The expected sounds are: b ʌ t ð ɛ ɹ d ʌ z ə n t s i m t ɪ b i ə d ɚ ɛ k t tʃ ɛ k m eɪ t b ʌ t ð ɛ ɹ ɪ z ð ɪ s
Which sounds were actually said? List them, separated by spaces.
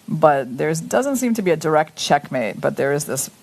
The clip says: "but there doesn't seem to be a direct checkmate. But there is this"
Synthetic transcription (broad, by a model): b ʌ t ð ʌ ɹ d ʌ z ə n t s i m t ɪ b i ə d ɚ ɛ k t tʃ ɛ k m eɪ t b ʌ t ð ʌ ɹ ɪ z ð ɪ s